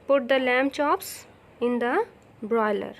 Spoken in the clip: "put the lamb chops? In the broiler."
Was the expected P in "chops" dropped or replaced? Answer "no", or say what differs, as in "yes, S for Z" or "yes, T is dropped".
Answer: no